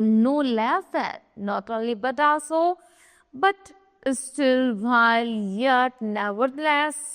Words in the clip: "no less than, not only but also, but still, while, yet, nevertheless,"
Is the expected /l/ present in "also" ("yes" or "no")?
no